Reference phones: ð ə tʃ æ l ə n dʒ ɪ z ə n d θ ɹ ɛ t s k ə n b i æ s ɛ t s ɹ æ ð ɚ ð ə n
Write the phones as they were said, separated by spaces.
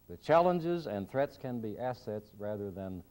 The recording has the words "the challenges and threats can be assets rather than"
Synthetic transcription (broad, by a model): ð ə tʃ æ l ə n dʒ ɪ z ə n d θ ɹ ɛ t s k ə n b i æ s ɛ t s ɹ æ ð ɚ ð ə n